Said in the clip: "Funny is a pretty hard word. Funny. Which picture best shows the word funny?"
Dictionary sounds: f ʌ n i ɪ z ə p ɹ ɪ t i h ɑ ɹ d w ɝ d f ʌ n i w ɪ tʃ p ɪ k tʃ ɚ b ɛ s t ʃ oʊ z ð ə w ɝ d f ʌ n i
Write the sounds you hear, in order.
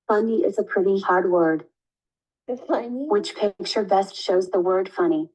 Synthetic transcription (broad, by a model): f ʌ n i ɪ z ə p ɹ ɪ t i h ɑ ɹ d w ɝ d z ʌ i w ɪ tʃ p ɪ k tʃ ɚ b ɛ s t ʃ oʊ z ð ə w ɝ d f ʌ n i